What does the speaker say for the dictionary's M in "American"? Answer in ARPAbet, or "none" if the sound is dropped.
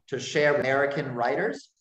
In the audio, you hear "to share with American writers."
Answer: none